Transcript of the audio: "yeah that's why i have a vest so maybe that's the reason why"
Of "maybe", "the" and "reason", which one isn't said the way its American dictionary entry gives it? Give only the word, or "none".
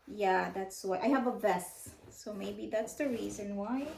none